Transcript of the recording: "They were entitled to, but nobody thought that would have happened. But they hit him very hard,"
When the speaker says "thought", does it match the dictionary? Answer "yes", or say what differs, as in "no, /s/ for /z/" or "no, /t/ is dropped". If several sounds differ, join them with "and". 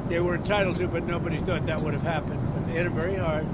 yes